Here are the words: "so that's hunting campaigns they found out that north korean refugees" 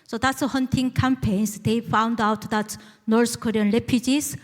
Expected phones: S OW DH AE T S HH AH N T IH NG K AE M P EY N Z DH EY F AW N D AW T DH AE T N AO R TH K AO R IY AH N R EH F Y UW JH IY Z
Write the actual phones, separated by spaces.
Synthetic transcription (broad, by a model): S OW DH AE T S HH AH N T IH NG K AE M P EY N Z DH EY F AW N D AW T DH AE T N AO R S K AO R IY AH N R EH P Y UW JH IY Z